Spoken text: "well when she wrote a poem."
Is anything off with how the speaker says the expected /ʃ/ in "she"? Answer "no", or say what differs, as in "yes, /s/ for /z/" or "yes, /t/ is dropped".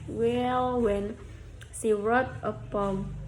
yes, /s/ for /ʃ/